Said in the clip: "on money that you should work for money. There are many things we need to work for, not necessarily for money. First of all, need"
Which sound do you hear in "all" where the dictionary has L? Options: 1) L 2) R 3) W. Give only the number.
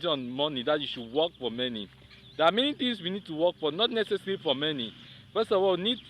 3